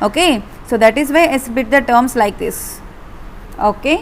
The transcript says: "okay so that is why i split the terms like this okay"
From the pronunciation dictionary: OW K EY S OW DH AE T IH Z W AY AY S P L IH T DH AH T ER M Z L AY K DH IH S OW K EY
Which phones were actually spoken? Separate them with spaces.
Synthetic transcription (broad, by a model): OW K EY S OW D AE T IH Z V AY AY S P IH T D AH T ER M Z L AY K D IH S OW K EY